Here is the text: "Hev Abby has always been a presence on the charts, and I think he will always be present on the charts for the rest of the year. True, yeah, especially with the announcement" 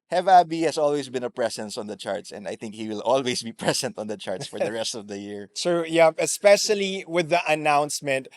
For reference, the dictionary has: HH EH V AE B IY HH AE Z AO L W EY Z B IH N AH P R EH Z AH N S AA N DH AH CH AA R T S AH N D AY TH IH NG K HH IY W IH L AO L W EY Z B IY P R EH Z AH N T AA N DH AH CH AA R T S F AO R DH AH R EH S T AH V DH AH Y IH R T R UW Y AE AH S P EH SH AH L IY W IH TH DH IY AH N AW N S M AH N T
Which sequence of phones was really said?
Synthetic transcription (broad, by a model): HH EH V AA B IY HH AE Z AO L W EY S B IH N AH P R EH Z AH N S AA N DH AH CH AA R T S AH N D AY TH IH NG K HH IY W IH L AO L W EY S B IY P R EH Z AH N T AA N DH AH CH AA R T S F AO R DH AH R EH S T AH V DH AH Y IH R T R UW Y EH AH S P EH SH AH L IY W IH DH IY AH N AW N S M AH N T